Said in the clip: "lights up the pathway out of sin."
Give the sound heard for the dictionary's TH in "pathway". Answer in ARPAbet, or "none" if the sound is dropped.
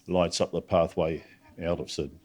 TH